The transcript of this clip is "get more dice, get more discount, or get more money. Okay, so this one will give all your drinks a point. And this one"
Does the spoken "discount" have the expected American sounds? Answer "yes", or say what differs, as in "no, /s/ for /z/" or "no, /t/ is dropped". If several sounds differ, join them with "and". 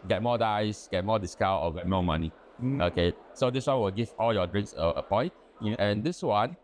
no, /n/ is dropped